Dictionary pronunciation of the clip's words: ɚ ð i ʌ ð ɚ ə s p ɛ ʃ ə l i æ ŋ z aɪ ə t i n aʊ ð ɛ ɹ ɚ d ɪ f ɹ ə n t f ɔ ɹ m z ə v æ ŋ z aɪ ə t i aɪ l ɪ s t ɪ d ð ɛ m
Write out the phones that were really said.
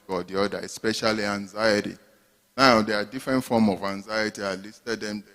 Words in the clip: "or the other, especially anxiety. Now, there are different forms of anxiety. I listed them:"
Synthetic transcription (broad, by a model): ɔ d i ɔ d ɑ ə s p ɛ ʃ ə l i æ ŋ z aɪ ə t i n aʊ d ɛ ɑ d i f ɹ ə n t f ɔ m ə v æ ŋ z aɪ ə t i aɪ l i s t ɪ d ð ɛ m